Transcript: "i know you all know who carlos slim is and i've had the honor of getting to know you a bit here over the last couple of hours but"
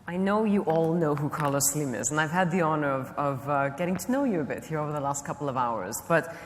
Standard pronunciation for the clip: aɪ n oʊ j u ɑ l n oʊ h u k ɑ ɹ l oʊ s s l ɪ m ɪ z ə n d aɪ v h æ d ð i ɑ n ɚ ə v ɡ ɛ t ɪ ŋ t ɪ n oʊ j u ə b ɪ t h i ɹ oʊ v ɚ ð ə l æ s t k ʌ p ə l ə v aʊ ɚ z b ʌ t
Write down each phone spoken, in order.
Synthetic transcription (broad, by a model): aɪ n oʊ j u ɑ l n oʊ h u k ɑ ɹ l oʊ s s l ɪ m ɪ z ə n aɪ v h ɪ d ð i ɑ n ɚ ə v ɡ ɛ t ɪ ŋ t ɪ n oʊ j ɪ ə b ɪ t h i ɹ oʊ v ɚ ð ə l æ s t k ʌ p l ə v aʊ ɚ z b ʌ t